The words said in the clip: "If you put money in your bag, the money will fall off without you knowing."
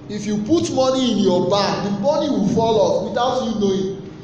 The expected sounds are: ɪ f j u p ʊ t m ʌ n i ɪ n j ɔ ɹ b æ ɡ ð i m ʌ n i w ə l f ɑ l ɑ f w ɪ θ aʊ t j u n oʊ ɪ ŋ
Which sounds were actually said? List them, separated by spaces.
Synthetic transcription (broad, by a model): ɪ f j u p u t m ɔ n i ɪ n j ɔ b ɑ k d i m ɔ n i w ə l f ɑ l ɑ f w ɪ t aʊ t j u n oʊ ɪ